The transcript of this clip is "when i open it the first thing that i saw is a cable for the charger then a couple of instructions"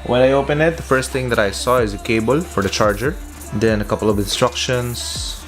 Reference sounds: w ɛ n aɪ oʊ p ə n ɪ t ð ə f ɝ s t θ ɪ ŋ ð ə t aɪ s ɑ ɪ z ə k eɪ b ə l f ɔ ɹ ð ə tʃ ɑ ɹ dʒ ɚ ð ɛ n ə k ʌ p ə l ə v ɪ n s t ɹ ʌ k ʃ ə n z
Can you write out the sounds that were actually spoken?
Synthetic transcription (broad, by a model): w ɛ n aɪ oʊ p ə n ɪ t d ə f ɝ s t t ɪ ŋ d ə t aɪ s ɑ ɪ z ə k eɪ b ə l f ɔ ɹ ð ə tʃ ɑ ɹ dʒ ɚ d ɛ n ə k ʌ p ə l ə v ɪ n s t ɹ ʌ k ʃ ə n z